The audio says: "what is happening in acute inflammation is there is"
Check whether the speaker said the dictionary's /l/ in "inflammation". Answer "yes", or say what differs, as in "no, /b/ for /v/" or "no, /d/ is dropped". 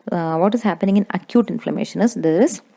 yes